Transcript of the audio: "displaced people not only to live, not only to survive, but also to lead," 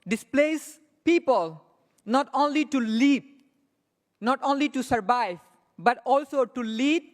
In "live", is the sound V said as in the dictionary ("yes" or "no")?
no